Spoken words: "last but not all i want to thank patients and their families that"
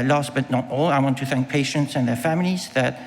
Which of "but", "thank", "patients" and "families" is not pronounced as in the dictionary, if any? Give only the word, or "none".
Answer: none